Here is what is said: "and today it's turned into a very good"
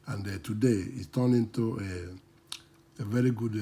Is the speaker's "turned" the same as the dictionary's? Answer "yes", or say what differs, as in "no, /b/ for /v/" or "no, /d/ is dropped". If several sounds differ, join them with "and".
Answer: no, /d/ is dropped